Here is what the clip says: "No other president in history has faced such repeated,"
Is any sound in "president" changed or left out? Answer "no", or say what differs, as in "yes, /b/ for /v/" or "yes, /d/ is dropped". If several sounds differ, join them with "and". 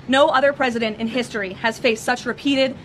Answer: no